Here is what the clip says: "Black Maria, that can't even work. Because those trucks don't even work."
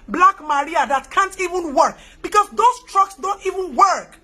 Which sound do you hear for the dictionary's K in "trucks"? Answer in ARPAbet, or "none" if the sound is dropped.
K